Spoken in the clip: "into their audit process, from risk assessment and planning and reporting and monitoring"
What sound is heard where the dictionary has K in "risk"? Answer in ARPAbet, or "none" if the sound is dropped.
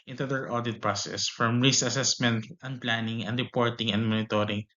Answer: none